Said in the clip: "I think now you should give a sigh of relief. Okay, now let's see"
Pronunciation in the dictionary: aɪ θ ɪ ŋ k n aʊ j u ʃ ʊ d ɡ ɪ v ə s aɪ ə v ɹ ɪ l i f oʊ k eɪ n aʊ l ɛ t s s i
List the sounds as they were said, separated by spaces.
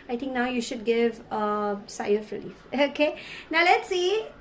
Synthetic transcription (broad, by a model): aɪ t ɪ ŋ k n aʊ j u ʃ ʊ d ɡ ɪ v ə s aɪ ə f ɹ ɪ l i f oʊ k eɪ n aʊ l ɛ t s s i